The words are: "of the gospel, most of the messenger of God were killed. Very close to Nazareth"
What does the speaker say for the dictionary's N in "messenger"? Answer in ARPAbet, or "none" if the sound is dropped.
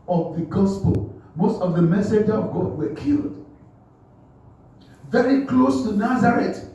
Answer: none